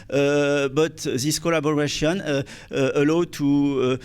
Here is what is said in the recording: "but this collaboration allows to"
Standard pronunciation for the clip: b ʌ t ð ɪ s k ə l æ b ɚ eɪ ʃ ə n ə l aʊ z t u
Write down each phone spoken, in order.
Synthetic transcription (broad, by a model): b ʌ t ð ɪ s k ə l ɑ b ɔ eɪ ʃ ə n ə l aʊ t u